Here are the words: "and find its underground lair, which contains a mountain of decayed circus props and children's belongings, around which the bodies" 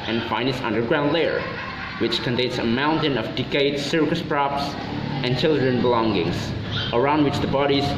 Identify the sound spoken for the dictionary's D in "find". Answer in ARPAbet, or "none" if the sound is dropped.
none